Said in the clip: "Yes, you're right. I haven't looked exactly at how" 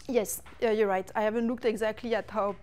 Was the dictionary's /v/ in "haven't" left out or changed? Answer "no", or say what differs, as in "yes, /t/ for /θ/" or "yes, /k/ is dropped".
no